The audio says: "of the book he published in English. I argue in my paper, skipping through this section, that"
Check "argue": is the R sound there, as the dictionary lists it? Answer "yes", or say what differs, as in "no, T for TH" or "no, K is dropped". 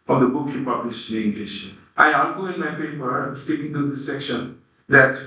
no, L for R